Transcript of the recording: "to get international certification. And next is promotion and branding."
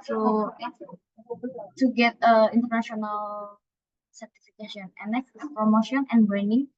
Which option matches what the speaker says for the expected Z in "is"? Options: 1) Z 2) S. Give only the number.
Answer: 2